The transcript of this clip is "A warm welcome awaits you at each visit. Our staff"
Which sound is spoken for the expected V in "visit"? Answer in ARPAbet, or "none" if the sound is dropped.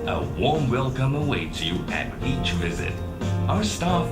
V